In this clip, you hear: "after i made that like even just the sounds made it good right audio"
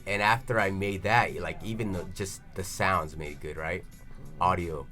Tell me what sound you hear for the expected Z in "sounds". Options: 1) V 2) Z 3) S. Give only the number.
2